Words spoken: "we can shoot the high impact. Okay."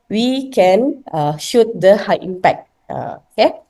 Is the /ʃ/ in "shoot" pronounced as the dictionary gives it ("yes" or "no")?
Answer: yes